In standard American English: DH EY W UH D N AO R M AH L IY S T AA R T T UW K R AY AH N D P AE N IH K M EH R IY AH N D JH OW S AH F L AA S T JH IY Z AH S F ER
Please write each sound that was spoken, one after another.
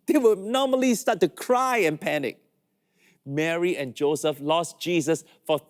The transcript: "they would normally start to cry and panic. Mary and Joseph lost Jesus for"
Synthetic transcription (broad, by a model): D EY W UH N AO M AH L IY S T AA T T UW K R AY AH N P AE N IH K M EH R IY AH N JH OW S AH F L AA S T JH IY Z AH S F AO